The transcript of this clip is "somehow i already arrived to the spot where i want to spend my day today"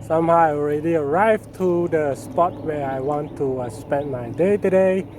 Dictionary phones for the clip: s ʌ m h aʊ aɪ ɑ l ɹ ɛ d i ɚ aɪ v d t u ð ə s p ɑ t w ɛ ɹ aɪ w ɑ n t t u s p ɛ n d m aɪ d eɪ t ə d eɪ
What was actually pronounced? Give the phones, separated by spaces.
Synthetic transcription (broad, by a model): s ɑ m h aʊ ɑ l ɹ ɛ d i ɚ aɪ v t u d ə s p ɑ t w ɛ aɪ w ɑ n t t u s p ɛ n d m aɪ d eɪ t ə d eɪ